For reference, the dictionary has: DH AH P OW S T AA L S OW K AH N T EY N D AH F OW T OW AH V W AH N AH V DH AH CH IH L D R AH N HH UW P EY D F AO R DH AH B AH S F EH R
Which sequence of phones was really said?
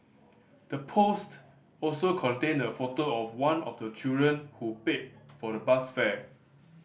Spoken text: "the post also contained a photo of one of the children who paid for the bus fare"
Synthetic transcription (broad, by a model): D AH P OW S T AA L S OW K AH N T EY N AH F OW T OW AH F W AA N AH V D AH CH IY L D R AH N HH UW P EY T F AO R AH B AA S F EH